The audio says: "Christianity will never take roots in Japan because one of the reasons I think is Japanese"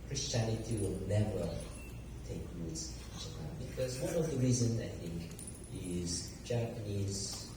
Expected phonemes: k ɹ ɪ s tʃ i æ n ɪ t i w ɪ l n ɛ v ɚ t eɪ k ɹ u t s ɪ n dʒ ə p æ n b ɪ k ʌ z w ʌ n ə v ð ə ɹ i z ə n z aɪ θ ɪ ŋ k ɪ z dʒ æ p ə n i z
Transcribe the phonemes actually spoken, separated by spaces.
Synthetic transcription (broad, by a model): k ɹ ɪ s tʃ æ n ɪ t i w ɪ l n ɛ v ɚ t eɪ k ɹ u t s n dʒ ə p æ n b ɪ k ʌ z w ʌ n ə v ð ə ɹ i z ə n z aɪ θ ɪ ŋ k ɪ z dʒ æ p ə n i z